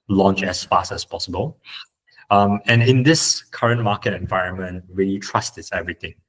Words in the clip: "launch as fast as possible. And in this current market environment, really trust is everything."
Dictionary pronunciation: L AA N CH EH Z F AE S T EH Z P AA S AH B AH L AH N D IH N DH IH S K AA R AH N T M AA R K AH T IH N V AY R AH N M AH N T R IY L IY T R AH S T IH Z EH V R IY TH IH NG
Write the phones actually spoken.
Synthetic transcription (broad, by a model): L AA N CH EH S F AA S T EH S P AA S AH B AH L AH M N IH N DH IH S K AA R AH N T M AA K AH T IH N V AY R AH N M AH N T R IY L IY T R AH S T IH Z EH V R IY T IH NG